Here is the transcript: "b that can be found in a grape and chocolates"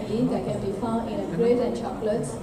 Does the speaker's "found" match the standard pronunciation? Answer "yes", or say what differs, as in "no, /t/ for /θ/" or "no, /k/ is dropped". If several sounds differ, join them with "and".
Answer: no, /d/ is dropped